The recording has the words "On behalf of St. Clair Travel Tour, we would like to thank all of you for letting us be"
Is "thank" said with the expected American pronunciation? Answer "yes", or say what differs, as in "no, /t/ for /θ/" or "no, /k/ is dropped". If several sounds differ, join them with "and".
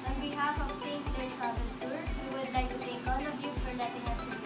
no, /t/ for /θ/ and /ŋ/ is dropped